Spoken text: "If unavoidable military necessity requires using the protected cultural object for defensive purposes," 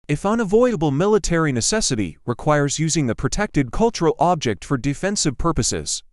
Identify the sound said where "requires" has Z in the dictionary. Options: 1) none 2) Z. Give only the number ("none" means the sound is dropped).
2